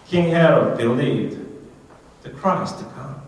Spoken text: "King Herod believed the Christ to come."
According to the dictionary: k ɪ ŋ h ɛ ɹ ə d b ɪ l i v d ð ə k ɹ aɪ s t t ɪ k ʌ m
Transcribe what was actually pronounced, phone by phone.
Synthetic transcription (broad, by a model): k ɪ ŋ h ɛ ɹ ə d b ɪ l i d ð ə k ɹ aɪ s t t ɪ k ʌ m